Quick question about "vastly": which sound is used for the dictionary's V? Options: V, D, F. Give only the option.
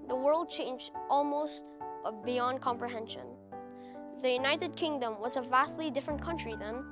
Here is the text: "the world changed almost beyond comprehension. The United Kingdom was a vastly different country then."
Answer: V